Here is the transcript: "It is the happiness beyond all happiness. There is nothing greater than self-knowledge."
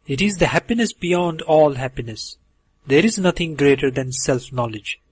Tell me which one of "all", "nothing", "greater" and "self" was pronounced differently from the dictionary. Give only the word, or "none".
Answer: nothing